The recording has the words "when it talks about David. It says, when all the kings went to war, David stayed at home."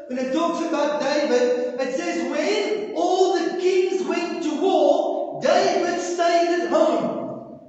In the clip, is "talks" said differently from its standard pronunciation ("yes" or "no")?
no